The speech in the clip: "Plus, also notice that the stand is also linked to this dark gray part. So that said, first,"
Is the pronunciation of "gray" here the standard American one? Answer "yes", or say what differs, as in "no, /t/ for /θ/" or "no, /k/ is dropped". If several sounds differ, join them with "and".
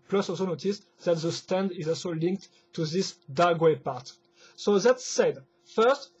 no, /w/ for /ɹ/